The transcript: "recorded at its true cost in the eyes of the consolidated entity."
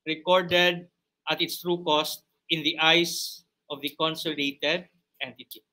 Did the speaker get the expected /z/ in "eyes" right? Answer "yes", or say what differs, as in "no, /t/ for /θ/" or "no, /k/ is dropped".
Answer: no, /s/ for /z/